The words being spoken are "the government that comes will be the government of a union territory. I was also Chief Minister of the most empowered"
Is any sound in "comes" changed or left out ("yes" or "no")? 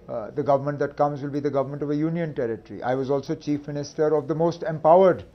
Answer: no